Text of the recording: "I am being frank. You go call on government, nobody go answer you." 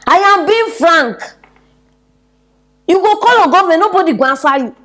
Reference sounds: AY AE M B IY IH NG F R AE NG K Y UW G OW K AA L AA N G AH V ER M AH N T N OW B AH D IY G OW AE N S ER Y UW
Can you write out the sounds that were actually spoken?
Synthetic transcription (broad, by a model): AY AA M B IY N F R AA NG K Y UW G OW K AA L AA G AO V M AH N N OW B AH D IY G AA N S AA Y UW